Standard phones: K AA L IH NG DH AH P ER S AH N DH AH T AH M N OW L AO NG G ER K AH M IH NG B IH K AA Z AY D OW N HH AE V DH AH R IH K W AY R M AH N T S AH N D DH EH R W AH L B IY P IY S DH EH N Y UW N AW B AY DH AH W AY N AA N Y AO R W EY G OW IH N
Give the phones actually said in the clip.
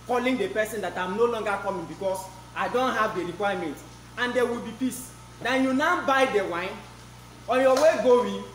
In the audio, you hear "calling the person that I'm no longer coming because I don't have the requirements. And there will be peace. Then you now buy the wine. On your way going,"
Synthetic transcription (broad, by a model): K AA L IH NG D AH P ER S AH N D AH T AH M N OW L AO NG G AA K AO M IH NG B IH K AA S AY D OW N HH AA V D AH R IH K W AY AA M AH N T AH N D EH W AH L B IY P IY S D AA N Y UW N AW B AY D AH W AY N AA N Y AO W EY G OW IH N